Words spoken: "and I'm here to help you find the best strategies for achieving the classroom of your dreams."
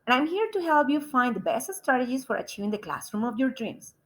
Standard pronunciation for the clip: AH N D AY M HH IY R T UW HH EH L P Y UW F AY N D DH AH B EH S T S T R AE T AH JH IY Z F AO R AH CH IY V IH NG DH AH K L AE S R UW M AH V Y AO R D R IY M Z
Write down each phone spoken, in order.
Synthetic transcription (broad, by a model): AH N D AY M HH IY R T UW HH EH L P Y UW F AY N D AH B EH S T S T R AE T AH JH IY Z F AO R AH CH IY V IH NG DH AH K L AE S R UW M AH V Y AO R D R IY M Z